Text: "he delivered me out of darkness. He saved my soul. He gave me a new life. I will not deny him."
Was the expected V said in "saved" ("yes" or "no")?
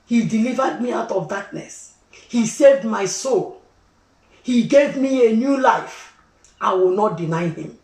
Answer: yes